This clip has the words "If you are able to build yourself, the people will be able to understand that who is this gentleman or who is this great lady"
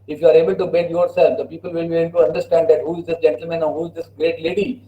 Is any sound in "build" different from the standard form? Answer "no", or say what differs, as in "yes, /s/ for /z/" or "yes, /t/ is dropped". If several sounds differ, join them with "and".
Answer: yes, /l/ is dropped